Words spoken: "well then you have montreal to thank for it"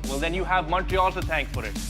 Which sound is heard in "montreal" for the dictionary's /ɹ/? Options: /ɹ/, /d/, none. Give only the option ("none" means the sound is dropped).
none